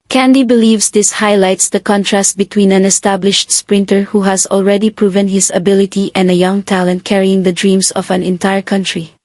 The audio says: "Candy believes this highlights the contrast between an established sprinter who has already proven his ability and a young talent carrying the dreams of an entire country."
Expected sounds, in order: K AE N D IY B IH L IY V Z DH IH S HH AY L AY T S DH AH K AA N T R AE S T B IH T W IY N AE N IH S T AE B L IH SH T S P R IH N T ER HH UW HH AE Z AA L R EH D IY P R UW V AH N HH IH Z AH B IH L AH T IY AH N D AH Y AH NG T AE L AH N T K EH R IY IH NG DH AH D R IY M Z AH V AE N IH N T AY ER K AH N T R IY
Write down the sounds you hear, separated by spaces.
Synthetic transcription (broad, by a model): K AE N D IY B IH L IY V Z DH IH S HH AY L AY T S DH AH K AA N T R AE S T B IH T W IY N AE N IH S T AE B L IH SH T S P R IH N T ER HH UW HH AE Z AA L R EH D IY P R UW V AH N HH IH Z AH B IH L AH T IY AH N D AH Y AH NG T AE L AH N T K EH R IY IH NG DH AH D R IY M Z AH V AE N IH N T AY ER K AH N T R IY